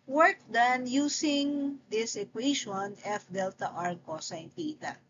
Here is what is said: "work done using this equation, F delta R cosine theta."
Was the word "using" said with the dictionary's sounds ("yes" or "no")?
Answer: no